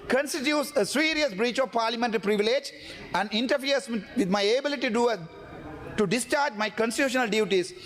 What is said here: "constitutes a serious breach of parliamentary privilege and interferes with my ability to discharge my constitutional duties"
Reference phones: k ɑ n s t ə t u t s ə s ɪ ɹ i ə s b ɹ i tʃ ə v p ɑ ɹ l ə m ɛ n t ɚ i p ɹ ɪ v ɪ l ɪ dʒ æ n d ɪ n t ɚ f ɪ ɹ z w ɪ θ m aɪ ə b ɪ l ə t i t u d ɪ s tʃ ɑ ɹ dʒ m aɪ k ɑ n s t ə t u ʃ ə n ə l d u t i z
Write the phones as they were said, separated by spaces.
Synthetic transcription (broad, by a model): k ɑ n s t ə t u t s ə s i ɹ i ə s b ɹ i tʃ ə v p ɑ ɹ l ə m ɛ n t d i p ɹ ɪ v ɪ l ɪ dʒ æ n d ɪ n t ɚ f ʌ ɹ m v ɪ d m aɪ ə b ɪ l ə t i t u d ɪ s tʃ ɑ ɹ dʒ m aɪ k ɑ n s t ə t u ʃ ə n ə l d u t i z